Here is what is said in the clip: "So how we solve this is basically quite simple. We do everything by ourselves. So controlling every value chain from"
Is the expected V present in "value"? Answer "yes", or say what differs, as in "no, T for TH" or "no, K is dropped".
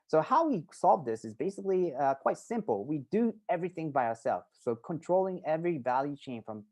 yes